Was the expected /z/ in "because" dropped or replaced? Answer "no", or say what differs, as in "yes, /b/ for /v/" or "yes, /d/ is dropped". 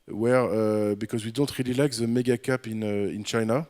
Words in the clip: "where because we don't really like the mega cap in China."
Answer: no